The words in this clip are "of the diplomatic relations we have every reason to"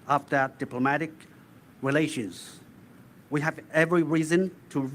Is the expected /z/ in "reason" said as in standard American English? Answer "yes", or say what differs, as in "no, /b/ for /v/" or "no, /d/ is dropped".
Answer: yes